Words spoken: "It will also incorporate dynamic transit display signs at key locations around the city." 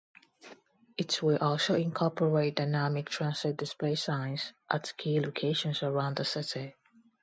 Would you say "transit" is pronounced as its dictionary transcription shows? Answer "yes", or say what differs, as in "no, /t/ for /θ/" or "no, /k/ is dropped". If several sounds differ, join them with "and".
no, /s/ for /z/